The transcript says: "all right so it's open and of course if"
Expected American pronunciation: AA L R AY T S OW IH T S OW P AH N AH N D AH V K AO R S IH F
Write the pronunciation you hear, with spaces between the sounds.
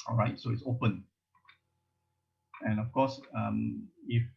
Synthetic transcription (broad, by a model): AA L R AY T S OW IH T S OW P AH N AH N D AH F K AO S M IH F